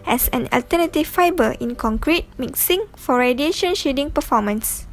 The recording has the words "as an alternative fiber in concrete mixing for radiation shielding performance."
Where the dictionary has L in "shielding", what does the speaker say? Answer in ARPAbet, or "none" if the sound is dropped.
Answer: none